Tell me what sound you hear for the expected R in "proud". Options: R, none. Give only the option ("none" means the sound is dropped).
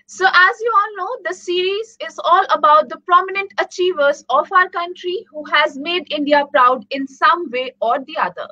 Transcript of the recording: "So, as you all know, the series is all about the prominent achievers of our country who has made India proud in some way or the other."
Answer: R